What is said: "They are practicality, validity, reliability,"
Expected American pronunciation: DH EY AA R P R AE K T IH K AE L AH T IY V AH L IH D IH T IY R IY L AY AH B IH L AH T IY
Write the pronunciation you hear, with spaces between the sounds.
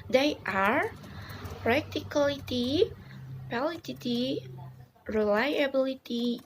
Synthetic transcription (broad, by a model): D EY AA R P R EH K T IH K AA L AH T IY P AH L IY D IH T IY R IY L AY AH B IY L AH T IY